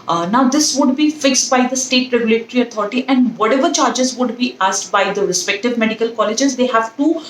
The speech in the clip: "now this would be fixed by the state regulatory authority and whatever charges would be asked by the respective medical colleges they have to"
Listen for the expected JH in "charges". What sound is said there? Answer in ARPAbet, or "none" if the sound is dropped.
JH